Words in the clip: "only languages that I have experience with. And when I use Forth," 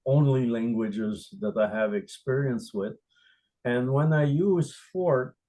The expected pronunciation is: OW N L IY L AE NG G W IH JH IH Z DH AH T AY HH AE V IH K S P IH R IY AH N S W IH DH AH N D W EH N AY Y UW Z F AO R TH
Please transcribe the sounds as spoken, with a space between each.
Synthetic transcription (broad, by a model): OW N L IY L AE NG G W IH JH IH Z DH AH T AY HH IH V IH K S P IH R IY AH N S W IH DH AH N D W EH N AY Y UW Z F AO R